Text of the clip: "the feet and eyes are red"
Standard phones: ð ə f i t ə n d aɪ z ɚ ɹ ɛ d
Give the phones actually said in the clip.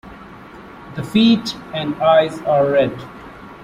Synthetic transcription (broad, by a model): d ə f i t ə n d aɪ z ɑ ɹ ɛ d